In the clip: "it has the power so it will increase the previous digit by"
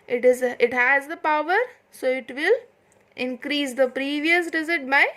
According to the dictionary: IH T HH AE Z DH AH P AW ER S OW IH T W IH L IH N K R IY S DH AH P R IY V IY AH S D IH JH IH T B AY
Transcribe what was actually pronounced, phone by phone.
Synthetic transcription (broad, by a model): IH T HH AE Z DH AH P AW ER S OW IH T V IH L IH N K R IY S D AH P R IY V IY AH S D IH Z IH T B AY